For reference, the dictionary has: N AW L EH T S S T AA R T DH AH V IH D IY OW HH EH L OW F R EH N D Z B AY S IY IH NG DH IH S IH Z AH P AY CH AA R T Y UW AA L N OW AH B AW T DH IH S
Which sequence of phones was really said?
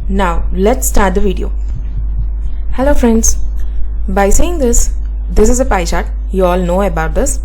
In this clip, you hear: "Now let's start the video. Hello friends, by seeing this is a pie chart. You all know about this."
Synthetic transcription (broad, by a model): N AW L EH T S S T AA R T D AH V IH D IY OW HH EH L OW F R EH N D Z B AY S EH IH NG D IH S IH Z AH P AY SH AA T Y UW AA L N OW AH B AW T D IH S